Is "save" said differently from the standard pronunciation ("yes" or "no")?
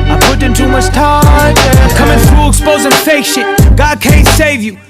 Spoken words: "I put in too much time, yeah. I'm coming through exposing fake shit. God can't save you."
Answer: no